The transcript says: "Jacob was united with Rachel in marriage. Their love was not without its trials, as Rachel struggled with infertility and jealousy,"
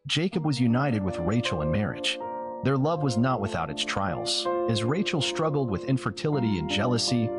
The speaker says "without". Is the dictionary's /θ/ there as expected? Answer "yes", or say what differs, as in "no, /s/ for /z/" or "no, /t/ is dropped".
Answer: yes